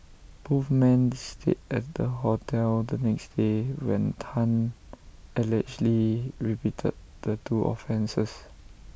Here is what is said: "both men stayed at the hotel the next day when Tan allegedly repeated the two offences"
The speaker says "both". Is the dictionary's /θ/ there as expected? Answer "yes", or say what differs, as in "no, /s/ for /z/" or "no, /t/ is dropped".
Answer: no, /f/ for /θ/